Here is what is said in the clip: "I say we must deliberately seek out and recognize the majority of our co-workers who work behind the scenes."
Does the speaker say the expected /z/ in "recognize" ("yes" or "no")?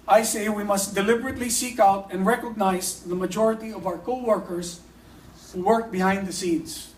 no